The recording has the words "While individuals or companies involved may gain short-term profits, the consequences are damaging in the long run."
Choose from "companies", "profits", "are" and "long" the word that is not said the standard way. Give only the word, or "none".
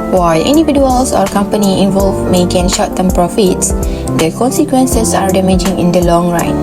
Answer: companies